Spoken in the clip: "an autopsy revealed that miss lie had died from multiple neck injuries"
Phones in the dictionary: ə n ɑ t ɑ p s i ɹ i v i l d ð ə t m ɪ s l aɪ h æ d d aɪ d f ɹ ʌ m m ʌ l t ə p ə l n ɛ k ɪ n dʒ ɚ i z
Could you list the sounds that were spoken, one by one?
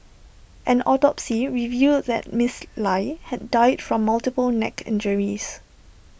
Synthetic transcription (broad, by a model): ə n ɑ t ɑ p s i ɹ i v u d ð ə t m ɪ s l aɪ h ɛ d d aɪ d f ɹ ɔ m m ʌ l t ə p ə l n ɛ k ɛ n dʒ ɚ i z